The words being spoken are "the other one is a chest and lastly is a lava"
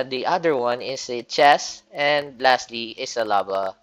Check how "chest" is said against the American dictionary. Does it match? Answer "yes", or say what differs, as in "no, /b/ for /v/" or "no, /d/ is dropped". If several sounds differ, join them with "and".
no, /t/ is dropped